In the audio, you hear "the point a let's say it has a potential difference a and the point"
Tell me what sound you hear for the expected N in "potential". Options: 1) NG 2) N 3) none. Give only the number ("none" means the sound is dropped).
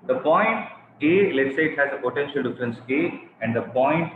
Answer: 2